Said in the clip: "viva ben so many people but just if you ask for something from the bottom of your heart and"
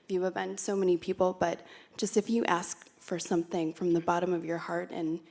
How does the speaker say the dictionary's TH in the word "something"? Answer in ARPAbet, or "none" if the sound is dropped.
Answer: TH